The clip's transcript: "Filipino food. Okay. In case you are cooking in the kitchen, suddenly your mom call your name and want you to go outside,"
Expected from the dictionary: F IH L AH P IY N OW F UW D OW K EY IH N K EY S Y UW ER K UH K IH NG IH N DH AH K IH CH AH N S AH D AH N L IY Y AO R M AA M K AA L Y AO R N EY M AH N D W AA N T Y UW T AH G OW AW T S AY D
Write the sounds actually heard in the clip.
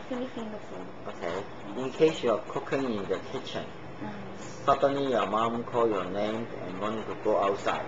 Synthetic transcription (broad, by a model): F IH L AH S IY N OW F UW OW K EY IH N K EY S Y UW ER K UH K IH NG IH N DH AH K IH CH AH N S AH D AH N L IY Y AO M AA M K AA L Y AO N EY M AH N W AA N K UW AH G OW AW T S AY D